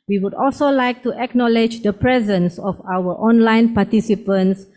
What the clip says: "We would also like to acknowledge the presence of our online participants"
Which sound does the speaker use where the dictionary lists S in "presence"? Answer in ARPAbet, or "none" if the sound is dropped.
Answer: S